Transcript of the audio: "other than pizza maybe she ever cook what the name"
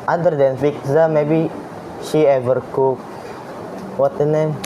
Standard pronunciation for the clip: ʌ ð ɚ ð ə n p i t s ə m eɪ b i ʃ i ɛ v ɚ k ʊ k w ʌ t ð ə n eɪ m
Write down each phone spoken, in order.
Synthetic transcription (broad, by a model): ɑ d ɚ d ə n f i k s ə m eɪ b i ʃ i ɛ v ɚ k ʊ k w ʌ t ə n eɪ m